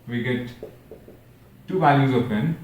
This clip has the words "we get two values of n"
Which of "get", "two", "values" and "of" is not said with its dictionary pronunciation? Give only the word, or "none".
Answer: of